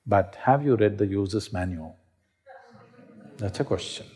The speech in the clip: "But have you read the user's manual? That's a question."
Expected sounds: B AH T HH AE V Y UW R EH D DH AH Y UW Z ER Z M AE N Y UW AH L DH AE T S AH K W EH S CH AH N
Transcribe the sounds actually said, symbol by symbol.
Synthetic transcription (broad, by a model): B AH T HH AE V Y UW R EH D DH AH Y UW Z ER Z M AE N Y UW AH L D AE T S AH K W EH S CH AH N